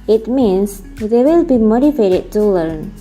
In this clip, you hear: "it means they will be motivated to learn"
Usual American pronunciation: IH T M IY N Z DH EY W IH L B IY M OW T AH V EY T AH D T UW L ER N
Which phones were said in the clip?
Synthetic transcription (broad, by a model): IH T M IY N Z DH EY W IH L B IY M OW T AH F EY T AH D T UW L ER N